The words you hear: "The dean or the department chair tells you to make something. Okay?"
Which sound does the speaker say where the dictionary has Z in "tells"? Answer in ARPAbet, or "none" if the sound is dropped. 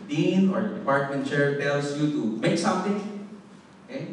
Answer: S